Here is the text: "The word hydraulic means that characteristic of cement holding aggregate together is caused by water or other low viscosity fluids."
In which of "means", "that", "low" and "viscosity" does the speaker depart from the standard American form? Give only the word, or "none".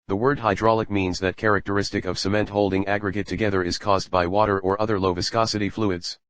none